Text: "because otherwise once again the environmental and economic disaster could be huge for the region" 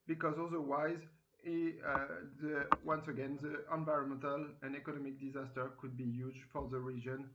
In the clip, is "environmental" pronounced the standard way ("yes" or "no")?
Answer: yes